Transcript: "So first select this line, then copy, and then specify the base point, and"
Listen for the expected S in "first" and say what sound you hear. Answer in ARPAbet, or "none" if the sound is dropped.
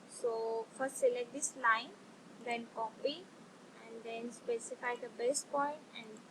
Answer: S